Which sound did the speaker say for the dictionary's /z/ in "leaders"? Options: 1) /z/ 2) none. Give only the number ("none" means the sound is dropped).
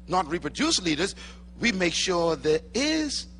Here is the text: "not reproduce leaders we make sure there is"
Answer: 1